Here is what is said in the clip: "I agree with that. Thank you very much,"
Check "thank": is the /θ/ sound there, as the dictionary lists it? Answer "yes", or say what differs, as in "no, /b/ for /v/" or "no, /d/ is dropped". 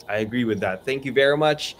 yes